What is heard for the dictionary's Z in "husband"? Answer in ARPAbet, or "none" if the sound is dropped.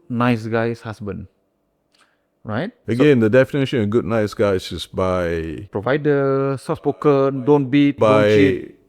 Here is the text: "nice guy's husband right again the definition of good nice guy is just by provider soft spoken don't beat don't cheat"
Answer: S